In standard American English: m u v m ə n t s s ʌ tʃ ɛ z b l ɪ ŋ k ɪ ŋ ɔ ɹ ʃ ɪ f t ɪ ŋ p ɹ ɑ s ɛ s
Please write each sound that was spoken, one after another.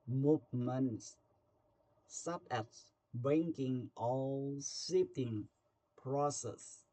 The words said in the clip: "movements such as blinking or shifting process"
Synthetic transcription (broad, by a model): m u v m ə n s s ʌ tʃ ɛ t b ɛ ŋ k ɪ ŋ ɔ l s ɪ t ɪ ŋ p ɹ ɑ s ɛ s